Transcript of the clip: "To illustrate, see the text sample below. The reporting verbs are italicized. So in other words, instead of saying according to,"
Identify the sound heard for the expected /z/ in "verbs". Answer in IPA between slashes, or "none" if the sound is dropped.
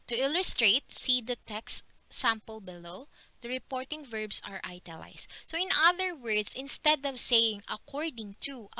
/s/